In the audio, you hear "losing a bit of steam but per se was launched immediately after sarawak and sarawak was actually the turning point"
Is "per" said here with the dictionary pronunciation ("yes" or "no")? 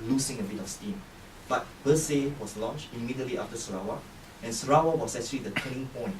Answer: no